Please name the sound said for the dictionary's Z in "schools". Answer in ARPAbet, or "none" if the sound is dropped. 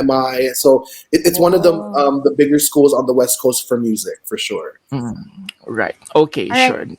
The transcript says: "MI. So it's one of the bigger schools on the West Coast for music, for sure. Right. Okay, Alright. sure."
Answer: Z